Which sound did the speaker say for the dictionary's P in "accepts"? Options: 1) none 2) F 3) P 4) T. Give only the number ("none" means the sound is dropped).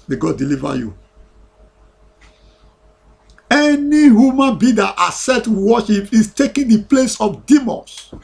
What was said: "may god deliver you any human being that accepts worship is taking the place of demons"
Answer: 1